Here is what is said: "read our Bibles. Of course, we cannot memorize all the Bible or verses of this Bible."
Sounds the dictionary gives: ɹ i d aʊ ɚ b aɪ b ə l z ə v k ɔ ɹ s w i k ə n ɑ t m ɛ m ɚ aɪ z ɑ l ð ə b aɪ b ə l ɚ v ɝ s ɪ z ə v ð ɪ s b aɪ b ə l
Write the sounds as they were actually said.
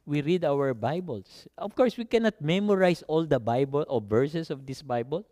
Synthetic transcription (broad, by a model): ɹ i d aʊ ɚ b aɪ b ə l s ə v k ɔ ɹ s w i k ə n ɑ t m ɛ m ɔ aɪ s ɑ l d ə b aɪ b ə l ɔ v ɝ s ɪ s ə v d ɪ s b aɪ b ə l